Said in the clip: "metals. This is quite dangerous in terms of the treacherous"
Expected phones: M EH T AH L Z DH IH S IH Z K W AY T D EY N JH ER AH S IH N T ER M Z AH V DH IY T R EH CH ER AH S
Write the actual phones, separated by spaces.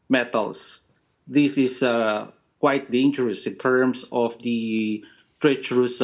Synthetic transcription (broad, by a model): M EH T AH L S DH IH S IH S K W AY T D EY N JH ER AH S IH N T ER M S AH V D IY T R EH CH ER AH S